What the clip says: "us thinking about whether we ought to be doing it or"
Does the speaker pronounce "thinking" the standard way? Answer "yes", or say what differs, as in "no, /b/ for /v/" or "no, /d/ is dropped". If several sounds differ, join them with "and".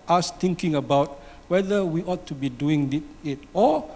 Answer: no, /t/ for /θ/